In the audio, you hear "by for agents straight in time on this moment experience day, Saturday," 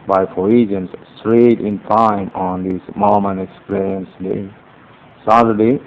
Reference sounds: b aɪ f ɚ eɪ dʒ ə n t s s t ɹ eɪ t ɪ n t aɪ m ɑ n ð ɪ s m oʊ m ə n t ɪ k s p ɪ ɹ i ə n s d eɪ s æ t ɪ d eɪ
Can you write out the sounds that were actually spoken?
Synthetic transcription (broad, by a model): b aɪ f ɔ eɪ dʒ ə n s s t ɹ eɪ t ɪ n t aɪ m ɑ n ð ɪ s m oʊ m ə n ɪ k s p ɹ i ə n s d eɪ s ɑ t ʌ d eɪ